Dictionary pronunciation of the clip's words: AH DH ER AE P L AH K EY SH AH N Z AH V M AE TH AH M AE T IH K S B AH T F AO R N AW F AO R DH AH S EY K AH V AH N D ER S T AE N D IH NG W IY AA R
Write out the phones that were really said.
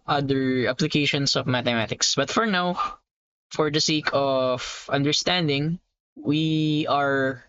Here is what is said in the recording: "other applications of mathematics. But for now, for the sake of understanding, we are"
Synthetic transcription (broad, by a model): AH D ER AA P L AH K EY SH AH N S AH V M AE T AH M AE T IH K S B AH T F AO R N AW F AO R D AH S EY K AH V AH N D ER S T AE N D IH NG W IY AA R